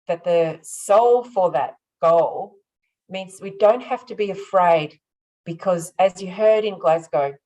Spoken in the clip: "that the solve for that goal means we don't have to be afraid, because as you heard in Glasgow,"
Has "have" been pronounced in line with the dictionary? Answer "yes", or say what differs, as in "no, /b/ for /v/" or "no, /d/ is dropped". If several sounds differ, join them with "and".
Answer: no, /f/ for /v/